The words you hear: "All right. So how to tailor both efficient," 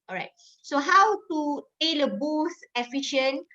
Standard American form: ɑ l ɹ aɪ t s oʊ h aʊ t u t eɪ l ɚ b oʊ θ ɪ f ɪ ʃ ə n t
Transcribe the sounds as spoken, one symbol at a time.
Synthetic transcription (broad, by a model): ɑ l ɹ aɪ t s oʊ h aʊ t u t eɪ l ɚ b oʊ s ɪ f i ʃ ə n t